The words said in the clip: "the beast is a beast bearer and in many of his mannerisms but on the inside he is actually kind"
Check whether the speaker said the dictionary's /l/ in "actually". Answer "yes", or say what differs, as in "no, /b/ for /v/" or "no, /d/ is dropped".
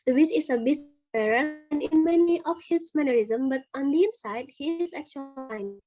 no, /l/ is dropped